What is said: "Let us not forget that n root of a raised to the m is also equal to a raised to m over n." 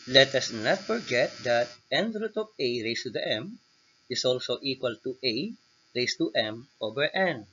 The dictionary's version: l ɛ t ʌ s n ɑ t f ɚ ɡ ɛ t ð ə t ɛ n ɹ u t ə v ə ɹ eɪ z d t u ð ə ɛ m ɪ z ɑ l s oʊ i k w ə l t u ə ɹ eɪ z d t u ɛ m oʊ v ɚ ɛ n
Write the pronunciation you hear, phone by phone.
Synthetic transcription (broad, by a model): l ɛ t ʌ s n ɑ t f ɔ ɡ ɛ t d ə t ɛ n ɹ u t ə p ə ɹ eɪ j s t u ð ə ɛ m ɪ s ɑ l s oʊ i k w ə l t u ə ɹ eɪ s t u ɛ m oʊ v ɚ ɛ n